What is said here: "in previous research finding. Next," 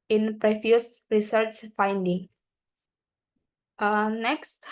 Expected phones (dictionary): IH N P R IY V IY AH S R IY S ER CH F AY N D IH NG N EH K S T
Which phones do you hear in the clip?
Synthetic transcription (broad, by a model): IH N P R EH F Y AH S R IY S ER CH F AY N D IH NG N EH K S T